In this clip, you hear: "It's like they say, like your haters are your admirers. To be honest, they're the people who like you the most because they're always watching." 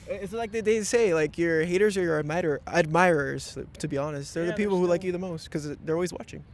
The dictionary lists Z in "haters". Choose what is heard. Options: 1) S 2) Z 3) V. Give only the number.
2